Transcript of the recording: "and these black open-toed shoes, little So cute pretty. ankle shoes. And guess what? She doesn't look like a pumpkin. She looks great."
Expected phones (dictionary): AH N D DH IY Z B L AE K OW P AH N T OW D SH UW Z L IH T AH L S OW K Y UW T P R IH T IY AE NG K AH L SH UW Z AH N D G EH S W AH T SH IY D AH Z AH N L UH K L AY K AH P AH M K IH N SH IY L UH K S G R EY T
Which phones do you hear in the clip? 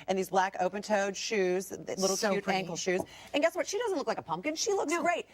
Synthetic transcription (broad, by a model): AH N DH IY Z B L AE K OW P AH N T OW D SH UW Z L IH T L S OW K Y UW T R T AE NG K L SH UW Z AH N G EH S W AH T SH IY D AH Z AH N L UH K L AY K AH P AH M K IH N SH IY L UH K S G R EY T